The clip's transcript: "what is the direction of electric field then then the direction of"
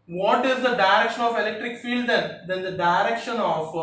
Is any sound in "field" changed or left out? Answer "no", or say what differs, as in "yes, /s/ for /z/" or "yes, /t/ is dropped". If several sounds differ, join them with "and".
no